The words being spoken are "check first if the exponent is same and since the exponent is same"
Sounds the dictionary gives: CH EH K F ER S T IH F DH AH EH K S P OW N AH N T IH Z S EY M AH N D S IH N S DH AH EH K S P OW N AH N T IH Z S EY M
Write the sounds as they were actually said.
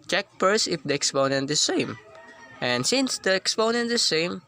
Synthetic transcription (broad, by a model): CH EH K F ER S IH F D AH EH K S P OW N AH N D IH S EY M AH N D S IH N S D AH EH K S P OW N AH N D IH S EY M